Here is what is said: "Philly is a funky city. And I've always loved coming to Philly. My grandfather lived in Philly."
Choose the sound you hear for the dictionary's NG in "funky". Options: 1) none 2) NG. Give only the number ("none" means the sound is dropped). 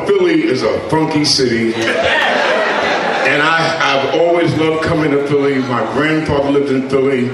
2